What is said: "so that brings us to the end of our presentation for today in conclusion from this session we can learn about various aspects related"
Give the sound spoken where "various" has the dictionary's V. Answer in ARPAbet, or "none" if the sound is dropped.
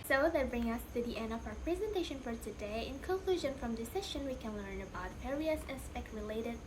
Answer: P